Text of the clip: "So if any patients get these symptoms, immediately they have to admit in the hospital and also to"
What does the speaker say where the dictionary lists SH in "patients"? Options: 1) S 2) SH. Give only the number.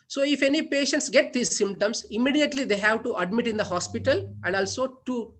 2